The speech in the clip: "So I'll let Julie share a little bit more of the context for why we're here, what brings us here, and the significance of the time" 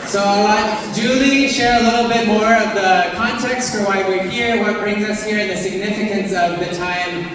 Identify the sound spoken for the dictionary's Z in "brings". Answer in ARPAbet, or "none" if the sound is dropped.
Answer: Z